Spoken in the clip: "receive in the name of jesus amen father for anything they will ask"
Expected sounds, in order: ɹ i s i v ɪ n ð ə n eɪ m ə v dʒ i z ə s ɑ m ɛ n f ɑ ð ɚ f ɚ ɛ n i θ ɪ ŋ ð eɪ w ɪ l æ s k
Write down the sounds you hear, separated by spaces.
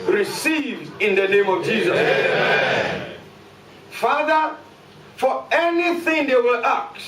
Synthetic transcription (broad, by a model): ɹ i s i v ɪ n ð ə n eɪ m ə v dʒ i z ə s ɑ f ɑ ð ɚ f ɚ ɛ n i θ ɪ ŋ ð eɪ w ɪ l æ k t